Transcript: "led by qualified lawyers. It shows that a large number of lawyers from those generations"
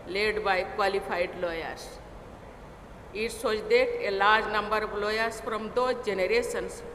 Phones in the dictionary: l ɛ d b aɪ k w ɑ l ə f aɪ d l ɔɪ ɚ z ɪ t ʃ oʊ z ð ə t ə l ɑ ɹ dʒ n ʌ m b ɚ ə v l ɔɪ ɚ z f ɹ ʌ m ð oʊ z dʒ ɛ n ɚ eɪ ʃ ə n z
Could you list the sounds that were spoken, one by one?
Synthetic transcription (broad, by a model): l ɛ d b aɪ k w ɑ l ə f aɪ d l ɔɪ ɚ s ɪ t s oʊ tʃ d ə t ə l ɑ ɹ dʒ n ʌ m b ɚ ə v l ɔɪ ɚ s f ɹ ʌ m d oʊ dʒ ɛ n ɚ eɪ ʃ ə n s